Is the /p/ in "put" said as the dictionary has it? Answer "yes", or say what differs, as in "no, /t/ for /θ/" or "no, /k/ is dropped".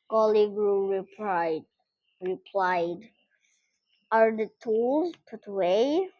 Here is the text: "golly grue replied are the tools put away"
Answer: yes